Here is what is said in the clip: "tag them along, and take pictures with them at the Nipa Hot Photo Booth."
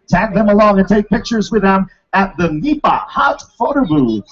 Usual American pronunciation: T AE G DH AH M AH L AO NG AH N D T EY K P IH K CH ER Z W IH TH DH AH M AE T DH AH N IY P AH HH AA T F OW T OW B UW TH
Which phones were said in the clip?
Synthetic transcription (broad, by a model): T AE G DH AH M AH L AO NG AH N T EY K P IH K CH ER Z W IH DH AH M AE T DH AH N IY P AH HH AA T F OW T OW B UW